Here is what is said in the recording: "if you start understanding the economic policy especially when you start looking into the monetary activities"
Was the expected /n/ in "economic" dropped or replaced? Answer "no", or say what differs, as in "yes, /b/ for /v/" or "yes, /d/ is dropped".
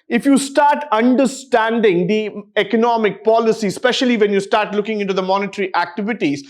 no